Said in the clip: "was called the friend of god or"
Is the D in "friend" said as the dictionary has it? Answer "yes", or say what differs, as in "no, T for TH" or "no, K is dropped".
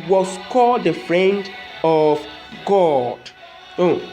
yes